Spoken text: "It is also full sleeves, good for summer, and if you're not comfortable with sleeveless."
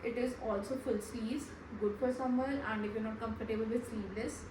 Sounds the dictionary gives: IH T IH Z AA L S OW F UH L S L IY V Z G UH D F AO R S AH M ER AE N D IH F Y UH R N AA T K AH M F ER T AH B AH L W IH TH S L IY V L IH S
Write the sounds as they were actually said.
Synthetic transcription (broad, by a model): IH T IH Z AA L S OW F UH L S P IY Z G UH D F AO R S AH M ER AE N D IH F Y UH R N AA T K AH M P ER T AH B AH L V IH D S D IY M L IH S